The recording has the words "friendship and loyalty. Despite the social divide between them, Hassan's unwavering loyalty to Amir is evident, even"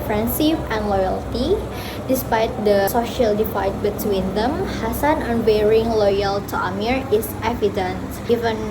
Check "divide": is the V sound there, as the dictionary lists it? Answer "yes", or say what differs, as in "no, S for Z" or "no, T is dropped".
no, F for V